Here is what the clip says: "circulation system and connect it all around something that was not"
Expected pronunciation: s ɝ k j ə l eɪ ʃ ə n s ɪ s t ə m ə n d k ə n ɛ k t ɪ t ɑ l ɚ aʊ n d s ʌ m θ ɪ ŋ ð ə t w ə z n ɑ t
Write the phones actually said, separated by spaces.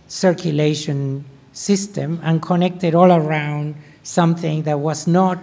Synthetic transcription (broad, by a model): s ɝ k j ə l eɪ ʃ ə n s ɪ s t ə m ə n k ə n ɛ k t ɪ t ɑ l ɚ aʊ n d s ʌ m θ ɪ ŋ ð ə t w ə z n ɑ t